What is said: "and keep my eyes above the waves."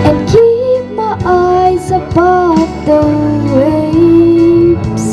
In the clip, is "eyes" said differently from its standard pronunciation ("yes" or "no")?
no